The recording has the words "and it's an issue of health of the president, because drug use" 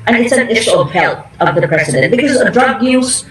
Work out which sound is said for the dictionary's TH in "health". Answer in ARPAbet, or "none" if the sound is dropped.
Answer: T